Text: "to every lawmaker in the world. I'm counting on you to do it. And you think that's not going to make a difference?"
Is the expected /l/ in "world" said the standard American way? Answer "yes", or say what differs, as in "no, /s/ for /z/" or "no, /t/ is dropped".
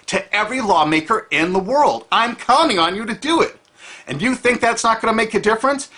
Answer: yes